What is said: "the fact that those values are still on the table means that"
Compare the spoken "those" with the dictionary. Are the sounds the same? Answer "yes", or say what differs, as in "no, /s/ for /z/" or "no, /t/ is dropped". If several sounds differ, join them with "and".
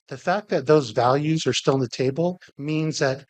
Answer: yes